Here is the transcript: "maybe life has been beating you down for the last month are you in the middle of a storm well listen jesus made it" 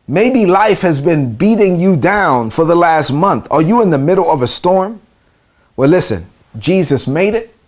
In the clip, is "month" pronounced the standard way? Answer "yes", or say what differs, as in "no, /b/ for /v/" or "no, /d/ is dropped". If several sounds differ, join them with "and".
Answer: yes